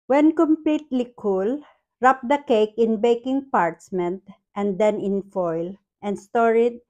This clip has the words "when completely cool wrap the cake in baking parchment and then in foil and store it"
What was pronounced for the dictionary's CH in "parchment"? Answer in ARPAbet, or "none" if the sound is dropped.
S